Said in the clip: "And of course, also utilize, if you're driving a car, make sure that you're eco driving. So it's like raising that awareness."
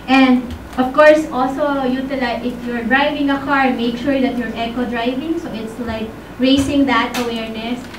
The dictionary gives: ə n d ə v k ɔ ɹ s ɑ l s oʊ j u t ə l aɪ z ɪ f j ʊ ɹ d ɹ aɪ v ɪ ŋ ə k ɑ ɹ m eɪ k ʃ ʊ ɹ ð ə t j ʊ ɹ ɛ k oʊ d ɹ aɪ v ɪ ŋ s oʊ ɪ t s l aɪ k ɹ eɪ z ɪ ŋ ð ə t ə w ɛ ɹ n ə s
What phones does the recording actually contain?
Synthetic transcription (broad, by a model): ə n d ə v k ɔ ɹ s ɑ l s oʊ j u t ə l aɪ ɪ f j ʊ ɹ d ɹ aɪ v ɪ ŋ ə k ɑ ɹ m eɪ k ʃ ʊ ɹ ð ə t j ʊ ɹ ɛ k oʊ d ɹ aɪ v ɪ ŋ s oʊ ɪ t s l aɪ k ɹ eɪ s ɪ ŋ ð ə t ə w ɛ ɹ n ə s